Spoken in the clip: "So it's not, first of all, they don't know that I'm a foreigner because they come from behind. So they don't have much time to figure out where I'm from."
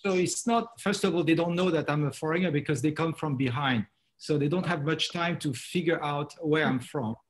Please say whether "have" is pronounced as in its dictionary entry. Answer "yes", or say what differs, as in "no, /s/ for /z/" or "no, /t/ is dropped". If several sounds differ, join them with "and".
yes